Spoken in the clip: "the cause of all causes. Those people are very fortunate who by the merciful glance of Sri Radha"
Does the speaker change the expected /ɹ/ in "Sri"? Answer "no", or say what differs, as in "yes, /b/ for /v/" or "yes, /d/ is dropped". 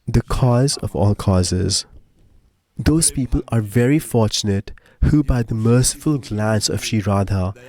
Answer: yes, /ɹ/ is dropped